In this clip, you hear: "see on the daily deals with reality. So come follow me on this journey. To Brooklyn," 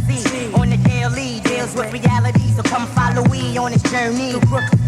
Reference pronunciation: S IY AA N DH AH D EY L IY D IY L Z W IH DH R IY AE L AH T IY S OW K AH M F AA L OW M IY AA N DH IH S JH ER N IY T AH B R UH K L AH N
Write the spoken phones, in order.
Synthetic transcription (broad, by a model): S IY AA N DH AH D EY L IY D IY L Z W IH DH R IY AE L AH T IY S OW K AH M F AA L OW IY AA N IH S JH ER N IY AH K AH